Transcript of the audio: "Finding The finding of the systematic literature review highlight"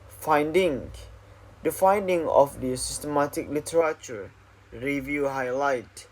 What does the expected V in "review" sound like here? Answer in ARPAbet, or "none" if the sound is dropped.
V